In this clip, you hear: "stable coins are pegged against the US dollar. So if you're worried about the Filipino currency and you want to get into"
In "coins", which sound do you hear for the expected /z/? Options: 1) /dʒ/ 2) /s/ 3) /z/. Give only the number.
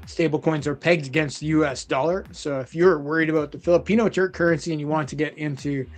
3